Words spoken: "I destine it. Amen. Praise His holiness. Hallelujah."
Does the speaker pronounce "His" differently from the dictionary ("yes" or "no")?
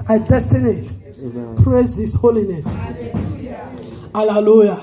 yes